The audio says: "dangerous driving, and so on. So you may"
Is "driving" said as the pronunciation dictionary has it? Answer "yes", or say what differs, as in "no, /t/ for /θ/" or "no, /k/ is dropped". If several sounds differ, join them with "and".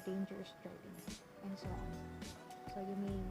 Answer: no, /p/ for /v/